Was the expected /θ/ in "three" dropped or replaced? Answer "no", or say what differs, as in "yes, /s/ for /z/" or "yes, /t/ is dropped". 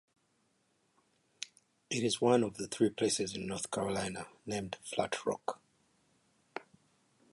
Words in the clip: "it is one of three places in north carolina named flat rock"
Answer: no